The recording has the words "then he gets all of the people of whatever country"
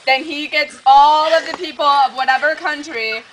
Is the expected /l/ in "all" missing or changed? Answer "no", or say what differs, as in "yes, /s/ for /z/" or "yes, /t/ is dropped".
no